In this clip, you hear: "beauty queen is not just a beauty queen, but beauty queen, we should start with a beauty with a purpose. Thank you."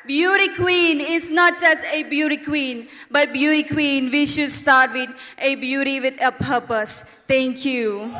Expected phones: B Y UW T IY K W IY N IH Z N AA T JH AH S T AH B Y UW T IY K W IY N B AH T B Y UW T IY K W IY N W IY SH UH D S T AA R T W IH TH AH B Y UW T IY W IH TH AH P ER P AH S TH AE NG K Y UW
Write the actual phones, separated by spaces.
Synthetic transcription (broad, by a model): B Y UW T IY K W IY N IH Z N AA T JH AH S T AH B Y UW T IY K W IY N B AH T B Y UW T IY K W IY N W IY SH UH D S T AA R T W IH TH AH B Y UW T IY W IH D AH P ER P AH S T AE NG K Y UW